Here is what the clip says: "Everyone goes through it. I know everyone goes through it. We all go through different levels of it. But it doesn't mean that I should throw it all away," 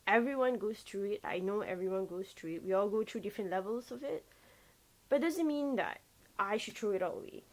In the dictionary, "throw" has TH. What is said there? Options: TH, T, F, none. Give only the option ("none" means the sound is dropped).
T